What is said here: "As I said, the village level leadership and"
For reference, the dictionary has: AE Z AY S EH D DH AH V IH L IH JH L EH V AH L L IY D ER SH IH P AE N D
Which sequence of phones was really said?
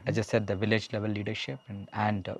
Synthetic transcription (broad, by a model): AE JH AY S EH D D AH V IH L IH JH L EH V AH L L IY D ER SH IH P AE N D